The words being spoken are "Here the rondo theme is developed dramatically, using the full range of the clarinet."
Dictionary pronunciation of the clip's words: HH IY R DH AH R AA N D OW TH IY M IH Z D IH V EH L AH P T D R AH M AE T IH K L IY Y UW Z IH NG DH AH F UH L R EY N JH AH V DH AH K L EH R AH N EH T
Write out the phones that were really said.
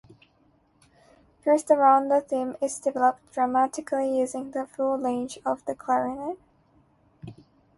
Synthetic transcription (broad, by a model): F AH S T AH R AA N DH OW TH IY M IH Z D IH V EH L AH P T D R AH M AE T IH K L IY Y UW Z IH NG DH AH F UH L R EY N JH AH V DH AH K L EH R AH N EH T